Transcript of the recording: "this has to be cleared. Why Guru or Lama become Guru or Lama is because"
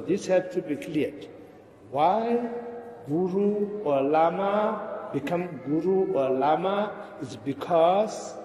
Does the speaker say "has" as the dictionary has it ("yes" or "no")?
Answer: no